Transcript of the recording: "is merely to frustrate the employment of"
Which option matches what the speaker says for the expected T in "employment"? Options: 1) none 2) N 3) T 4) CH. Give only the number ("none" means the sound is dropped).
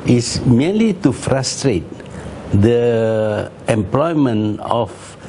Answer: 1